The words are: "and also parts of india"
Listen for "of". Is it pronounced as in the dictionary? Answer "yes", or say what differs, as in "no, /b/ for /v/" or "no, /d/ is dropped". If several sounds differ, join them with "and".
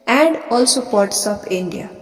no, /p/ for /v/